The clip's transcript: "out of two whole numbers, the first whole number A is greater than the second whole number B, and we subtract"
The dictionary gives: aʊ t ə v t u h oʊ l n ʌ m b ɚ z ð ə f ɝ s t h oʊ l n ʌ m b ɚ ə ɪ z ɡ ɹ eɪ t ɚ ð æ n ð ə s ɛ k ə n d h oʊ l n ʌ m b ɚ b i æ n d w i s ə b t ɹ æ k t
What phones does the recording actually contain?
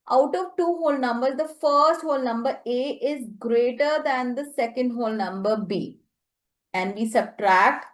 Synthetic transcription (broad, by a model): aʊ t ə v t u h oʊ l n ʌ m b ɚ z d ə f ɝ s t h oʊ l n ʌ m b ɚ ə ɪ z ɡ ɹ eɪ t ɚ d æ n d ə s ɛ k ə n d h oʊ l n ʌ m b ɚ b i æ n d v i s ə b t ɹ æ k t